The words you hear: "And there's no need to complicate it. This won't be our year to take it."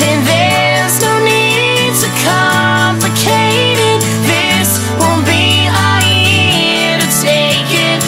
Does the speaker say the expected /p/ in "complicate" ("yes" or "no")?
yes